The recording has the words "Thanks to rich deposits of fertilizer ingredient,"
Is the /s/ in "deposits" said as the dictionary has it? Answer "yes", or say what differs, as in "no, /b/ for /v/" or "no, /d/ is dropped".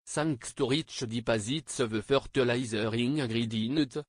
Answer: yes